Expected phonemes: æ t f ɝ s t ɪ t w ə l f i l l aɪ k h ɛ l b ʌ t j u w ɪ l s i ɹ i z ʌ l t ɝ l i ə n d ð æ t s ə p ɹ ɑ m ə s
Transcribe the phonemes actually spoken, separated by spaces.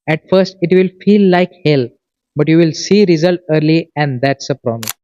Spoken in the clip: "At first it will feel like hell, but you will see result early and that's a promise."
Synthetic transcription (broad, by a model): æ t f ɝ s t ɪ t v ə l f i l l aɪ k h ɛ l b ʌ t j u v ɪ l s i ɹ i z ʌ l t ɝ l i ə n d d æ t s ə p ɹ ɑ m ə s